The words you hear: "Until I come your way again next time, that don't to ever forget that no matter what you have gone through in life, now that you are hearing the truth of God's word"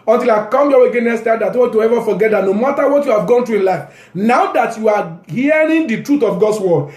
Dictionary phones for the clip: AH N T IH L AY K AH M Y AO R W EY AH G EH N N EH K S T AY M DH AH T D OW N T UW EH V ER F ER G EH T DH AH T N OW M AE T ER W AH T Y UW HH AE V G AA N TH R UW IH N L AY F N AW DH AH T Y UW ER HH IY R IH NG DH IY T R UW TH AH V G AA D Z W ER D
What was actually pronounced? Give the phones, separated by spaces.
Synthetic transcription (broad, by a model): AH N T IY L AY K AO M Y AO W EY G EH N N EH S T AY M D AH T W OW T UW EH V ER F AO G EH T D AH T N OW M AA T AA W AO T Y UW HH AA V G AA N T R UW IH N L AY F N AW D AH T Y UW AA HH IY R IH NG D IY T R UW T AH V G AA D S W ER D